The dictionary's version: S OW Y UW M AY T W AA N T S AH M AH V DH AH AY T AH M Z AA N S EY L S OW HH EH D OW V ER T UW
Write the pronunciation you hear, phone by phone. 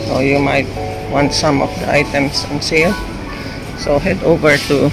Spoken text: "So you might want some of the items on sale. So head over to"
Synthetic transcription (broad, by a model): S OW Y UW M AY T W AA N T S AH M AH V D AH AY T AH M S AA N S EY L S OW HH EH D OW V ER T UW